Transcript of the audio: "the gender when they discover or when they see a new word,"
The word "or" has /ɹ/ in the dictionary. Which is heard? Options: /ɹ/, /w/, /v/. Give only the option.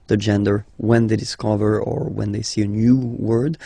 /ɹ/